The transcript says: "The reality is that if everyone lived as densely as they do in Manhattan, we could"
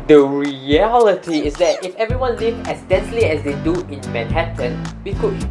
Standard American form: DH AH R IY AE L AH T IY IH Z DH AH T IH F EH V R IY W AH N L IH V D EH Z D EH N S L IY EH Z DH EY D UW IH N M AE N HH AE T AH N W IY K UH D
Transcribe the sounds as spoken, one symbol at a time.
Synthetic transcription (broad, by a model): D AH R IY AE L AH T IY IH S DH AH T IH F EH V R IY W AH N L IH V EH S D EH N S L IY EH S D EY D UW IH N M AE N HH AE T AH N W IY K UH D